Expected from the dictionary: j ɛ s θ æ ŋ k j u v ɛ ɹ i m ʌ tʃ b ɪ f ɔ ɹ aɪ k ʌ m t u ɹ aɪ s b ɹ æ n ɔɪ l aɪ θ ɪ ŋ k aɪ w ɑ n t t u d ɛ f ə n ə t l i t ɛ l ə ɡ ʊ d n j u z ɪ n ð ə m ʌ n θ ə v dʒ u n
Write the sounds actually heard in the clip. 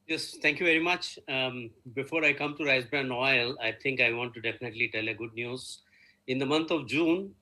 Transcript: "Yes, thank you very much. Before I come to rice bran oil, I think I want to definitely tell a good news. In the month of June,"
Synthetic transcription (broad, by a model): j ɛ s t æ ŋ k j u v ɛ ɹ i m ʌ tʃ b ɪ f ɔ ɹ aɪ k ʌ m t u ɹ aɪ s b ɹ æ n ɔɪ l aɪ t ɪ ŋ k aɪ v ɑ n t t u d ɛ f ə n ə t l i t ɛ l ə ɡ ʊ d n j u z ɪ n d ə m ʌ n t ə v dʒ u n